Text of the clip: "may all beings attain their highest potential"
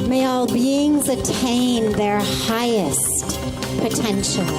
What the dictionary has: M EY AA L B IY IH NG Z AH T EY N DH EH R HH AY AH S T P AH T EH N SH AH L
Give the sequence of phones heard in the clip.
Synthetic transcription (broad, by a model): M EY AA L B IY IH NG Z AH T EY N DH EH R HH AY AH S T P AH T EH N SH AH L